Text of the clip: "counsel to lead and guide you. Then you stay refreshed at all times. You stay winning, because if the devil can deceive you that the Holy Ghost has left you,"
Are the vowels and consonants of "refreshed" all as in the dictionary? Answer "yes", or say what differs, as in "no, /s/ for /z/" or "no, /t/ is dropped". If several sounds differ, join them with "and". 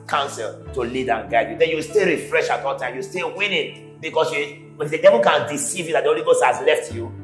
no, /t/ is dropped